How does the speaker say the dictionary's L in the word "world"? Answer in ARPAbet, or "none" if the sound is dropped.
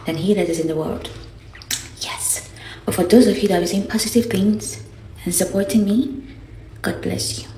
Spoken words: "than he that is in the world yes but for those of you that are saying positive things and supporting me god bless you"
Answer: L